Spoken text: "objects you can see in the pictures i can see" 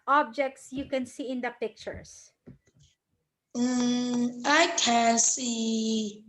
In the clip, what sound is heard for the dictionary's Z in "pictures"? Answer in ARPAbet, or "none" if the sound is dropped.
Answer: S